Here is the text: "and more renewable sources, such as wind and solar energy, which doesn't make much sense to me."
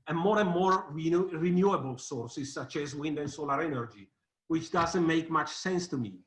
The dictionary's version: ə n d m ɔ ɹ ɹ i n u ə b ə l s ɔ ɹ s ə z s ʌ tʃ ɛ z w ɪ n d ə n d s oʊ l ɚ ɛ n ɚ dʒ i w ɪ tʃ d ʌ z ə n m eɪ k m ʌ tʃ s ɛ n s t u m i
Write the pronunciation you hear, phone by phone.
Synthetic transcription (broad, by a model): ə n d m ɔ ɹ ɹ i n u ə b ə l s ɔ ɹ s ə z s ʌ tʃ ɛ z w ɪ n d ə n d s oʊ l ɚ ɛ n ɚ dʒ i w ɪ tʃ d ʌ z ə n m eɪ k m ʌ tʃ s ɛ n s t u m i